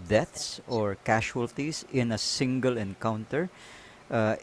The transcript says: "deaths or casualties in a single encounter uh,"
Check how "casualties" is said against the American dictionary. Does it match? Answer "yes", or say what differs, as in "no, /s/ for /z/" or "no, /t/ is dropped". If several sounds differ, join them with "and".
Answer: no, /ʃ/ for /ʒ/ and /s/ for /z/